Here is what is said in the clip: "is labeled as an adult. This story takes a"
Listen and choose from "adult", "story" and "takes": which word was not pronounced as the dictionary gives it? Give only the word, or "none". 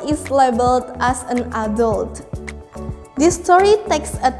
none